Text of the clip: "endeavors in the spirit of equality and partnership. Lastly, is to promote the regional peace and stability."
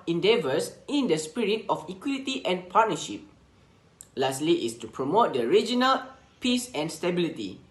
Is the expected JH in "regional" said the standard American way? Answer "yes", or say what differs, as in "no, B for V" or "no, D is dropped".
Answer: yes